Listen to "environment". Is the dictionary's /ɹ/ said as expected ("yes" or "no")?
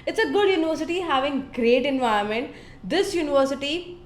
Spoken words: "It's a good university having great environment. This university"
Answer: no